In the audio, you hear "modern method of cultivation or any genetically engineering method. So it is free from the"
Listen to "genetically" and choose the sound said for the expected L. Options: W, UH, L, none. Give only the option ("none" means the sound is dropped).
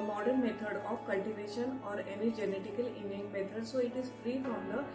none